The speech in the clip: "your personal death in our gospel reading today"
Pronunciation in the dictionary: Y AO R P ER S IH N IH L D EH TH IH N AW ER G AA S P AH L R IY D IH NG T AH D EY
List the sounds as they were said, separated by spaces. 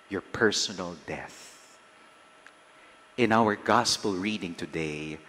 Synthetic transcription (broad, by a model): Y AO R P ER S IH N IH L D EH TH IH N AW ER G AA S P AH L R IY D IH NG T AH D EY